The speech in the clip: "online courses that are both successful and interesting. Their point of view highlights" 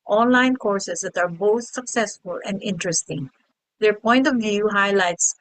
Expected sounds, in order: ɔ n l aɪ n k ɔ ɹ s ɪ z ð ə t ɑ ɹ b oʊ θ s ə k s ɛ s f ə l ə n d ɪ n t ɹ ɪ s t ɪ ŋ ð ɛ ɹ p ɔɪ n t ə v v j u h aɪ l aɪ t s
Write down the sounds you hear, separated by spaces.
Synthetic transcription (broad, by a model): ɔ n l aɪ n k ɔ ɹ s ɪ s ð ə t ɑ ɹ b oʊ θ s ə k s ɛ s f ə l ə n d ɪ n t ɹ ɪ s t ɪ ŋ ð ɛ ɹ p ɔɪ n t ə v v j u h aɪ l aɪ t s